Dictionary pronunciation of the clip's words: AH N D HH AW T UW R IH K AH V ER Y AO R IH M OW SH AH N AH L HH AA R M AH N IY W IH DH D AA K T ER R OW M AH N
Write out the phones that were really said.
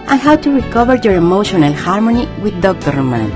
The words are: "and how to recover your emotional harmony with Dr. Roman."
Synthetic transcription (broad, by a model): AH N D HH AW T UW R IH K AH V ER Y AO R IH M OW SH AH N AH L HH AA R M AH N IY W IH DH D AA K T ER R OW M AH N